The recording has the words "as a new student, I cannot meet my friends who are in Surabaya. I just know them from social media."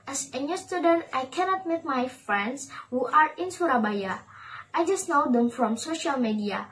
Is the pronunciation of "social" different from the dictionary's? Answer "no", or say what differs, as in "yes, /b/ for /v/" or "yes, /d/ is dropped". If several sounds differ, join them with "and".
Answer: no